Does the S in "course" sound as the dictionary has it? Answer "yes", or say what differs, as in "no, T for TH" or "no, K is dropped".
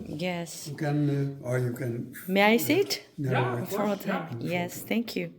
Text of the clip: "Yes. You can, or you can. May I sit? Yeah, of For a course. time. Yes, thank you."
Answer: no, S is dropped